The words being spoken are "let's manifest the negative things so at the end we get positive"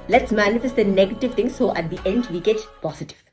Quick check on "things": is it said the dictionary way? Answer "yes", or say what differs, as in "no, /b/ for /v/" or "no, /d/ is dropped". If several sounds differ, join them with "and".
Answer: no, /t/ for /θ/